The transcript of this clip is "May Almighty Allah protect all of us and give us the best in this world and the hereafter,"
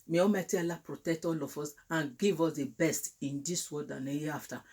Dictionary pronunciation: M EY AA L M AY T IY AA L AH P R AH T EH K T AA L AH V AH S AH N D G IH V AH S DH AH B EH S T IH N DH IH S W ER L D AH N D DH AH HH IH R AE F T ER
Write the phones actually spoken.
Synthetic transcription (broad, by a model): M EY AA M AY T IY AA L AH P R AH T EH K T AA L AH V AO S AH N G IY V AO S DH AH B EH S T IH N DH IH S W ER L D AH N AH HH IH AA F T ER